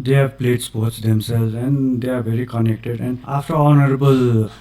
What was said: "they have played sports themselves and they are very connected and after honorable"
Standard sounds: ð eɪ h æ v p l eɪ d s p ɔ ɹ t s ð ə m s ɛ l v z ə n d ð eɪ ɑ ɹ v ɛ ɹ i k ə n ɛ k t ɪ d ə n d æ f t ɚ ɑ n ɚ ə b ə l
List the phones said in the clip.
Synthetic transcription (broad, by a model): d eɪ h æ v p l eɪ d s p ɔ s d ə m s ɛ l z ə n d eɪ ɑ ɹ b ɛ ɹ i k ə n ɛ k t ɪ d ə n d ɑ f t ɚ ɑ n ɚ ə b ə l